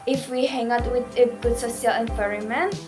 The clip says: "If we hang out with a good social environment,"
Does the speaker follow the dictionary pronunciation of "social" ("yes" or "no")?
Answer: no